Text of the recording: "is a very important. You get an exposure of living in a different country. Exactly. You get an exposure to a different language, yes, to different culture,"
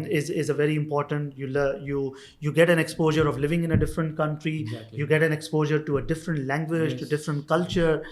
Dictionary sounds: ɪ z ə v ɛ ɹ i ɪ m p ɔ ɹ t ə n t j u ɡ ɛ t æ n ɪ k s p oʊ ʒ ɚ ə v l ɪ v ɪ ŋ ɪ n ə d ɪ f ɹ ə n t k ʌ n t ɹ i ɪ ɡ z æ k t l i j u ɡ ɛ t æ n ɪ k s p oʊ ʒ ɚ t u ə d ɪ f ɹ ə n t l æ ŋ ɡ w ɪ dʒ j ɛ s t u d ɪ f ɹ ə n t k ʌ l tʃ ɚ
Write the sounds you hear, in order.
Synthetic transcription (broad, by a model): ɪ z ə v ɛ ɹ i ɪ m p ɔ ɹ t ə n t j u ɡ ɛ t æ n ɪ k s p oʊ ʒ ɚ ə v l ɪ v ɪ ŋ ɪ n ə d ɪ f ɹ ə n t k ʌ n t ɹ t i j u ɡ ɛ t æ n ɪ k s p oʊ ʒ ɚ t u ə d ɪ f ɹ ə n t l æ ŋ ɡ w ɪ dʒ t u d ɪ f ɹ ə n t k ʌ l tʃ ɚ